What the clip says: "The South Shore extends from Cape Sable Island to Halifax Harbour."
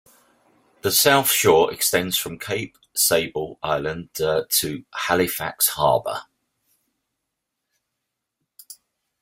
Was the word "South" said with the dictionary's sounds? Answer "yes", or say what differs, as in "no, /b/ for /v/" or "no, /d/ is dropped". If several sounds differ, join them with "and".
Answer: yes